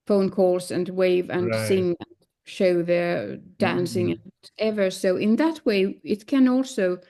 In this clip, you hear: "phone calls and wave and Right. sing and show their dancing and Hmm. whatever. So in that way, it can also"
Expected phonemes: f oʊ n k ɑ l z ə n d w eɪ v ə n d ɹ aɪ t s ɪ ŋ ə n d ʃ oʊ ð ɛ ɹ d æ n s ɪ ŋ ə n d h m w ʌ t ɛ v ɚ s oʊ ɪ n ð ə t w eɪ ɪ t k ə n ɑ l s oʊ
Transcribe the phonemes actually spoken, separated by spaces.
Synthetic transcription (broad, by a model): f oʊ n k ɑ l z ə n w eɪ v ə n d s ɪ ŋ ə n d ʃ oʊ ð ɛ ɹ d æ n s ɪ ŋ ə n ɛ v ɚ s oʊ ɪ n ð ə t w eɪ ɪ t k ə n ɑ l s oʊ